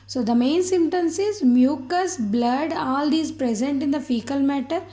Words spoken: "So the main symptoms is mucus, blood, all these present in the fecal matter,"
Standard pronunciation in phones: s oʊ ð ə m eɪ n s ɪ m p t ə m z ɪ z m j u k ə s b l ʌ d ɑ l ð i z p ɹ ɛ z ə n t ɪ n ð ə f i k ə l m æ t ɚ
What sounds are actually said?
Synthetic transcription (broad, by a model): s oʊ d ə m eɪ n s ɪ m t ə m s ɪ z m j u k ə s b l ʌ d ɑ l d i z p ɹ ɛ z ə n t ɪ n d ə f i k ə l m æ t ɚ